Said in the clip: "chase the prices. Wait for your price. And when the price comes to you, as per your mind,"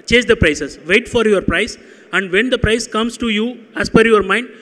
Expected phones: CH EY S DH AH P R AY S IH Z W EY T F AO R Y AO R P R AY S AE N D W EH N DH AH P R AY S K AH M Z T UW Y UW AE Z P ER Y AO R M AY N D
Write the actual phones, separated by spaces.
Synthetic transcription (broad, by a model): CH EY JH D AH P R AY S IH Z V EY T F AO R Y AO R P R AY S AE N D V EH N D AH P R AY S K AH M S T UW Y UW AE S P ER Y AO R M AY N D